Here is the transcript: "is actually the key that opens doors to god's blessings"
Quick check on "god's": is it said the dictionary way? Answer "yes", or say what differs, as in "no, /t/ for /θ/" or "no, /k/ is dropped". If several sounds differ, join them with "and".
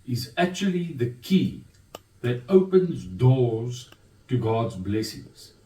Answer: yes